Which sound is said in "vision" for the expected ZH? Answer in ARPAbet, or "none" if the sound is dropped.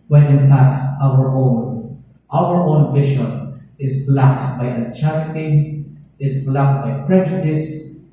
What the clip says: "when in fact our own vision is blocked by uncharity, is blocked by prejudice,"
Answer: SH